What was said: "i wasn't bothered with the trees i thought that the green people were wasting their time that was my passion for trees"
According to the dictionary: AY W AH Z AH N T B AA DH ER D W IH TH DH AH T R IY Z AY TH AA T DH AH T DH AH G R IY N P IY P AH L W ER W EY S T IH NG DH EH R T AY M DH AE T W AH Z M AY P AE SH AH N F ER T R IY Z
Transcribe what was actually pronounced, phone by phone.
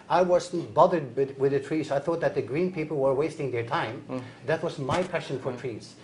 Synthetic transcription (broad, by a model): AY W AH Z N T B AA DH ER D W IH DH AH T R IY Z AY TH AA T DH AH T DH AH G R IY N P IY P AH L W ER W EY S T IH NG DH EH R T AY M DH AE T W AH Z M AY P AE SH AH N F ER T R IY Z